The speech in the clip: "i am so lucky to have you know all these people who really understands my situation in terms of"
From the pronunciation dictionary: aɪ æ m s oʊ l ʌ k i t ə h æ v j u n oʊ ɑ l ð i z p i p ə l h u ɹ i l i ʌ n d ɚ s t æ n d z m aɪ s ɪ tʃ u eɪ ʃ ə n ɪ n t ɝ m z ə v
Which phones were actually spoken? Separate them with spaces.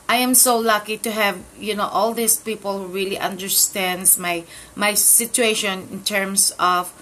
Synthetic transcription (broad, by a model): aɪ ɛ m s oʊ l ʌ k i t ə h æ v j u n oʊ ɑ l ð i s p i p ə l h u ɹ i l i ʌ n d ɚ s t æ n d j m aɪ s ɪ tʃ u eɪ ʃ ə n ɪ n t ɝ m s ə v